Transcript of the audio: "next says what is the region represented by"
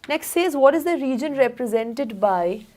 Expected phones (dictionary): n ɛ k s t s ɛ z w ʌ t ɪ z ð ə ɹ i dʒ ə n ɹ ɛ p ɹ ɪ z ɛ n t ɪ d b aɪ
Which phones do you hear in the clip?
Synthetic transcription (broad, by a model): n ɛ k s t s ɛ z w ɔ t ɪ z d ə ɹ i dʒ ə n ɹ ɛ p ɹ ɪ z ɛ n t ɪ d b aɪ